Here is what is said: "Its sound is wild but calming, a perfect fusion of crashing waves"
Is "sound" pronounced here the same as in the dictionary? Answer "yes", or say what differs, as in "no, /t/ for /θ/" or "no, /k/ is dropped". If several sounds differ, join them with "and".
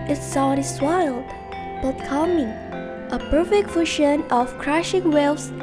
no, /n/ is dropped